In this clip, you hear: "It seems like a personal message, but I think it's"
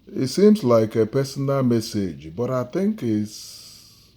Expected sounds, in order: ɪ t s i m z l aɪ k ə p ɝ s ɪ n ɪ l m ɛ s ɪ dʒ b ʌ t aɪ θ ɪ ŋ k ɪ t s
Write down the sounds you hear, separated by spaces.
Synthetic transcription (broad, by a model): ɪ t s i m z l aɪ k ə p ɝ s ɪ n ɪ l m ɛ s ɪ dʒ b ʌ t aɪ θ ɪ ŋ k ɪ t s